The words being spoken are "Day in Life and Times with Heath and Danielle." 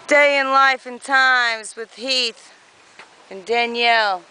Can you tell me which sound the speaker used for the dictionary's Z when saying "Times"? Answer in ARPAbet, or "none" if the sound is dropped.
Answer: Z